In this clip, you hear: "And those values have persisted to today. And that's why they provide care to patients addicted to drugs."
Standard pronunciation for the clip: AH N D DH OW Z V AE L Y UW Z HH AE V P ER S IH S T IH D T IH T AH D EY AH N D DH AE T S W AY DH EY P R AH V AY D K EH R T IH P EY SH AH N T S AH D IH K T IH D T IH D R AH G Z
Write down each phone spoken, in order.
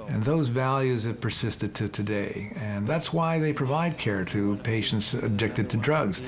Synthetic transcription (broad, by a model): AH N DH OW Z V AE L Y UW Z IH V P ER S IH S T IH D T IH T AH D EY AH N DH AE T S W AY DH EY P R AH V AY D K EH R T IH P EY SH N T S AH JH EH K T IH D T IH D R AH G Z